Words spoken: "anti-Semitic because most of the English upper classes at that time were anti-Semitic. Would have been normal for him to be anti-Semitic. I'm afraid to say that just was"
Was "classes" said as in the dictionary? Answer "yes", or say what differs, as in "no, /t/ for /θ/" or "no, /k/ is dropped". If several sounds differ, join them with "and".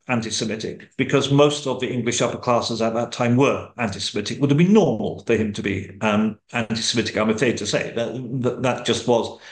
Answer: yes